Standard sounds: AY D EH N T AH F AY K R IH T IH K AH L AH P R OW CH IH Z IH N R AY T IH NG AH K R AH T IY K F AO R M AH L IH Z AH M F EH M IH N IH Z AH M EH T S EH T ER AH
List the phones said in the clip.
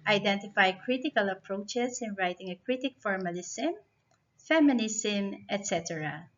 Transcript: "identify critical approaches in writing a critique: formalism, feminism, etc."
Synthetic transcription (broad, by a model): AY D EH N T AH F AY K R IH T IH K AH L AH P R OW CH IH S IH N R AY T IH NG AH K R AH T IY K F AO R M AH L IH S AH M F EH M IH N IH S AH M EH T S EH T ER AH